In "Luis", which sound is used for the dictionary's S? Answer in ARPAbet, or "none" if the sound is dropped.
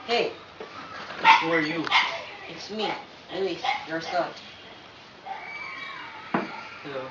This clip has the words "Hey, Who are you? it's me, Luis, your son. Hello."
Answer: none